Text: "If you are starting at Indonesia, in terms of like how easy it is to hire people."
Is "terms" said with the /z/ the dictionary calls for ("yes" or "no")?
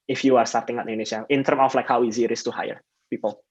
no